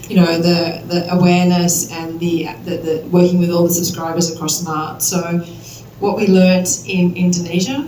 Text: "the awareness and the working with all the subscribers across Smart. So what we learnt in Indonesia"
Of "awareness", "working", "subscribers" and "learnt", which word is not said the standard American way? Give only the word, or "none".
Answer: none